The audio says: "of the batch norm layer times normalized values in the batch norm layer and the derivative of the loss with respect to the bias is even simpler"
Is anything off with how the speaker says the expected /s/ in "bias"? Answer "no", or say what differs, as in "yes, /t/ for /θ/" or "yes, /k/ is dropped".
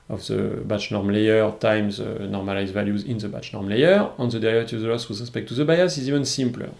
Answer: no